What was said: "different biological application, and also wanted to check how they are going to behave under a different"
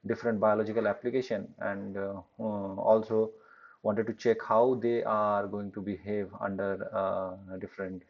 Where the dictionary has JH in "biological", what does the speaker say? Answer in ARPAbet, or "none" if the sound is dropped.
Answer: JH